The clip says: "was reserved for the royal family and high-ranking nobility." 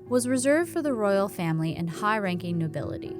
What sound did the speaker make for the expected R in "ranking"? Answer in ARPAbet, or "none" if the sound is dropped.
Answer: R